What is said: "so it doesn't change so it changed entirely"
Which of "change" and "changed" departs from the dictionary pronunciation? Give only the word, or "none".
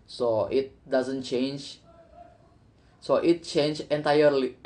changed